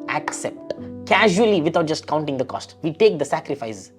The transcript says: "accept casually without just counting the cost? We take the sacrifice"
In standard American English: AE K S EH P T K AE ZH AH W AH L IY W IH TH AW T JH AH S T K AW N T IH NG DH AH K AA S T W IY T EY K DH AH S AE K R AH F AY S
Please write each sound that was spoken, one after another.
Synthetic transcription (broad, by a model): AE K S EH P T K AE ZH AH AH L IY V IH T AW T JH AH S T K AW N T IH NG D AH K AA S T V IY T EY K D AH S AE K R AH F AY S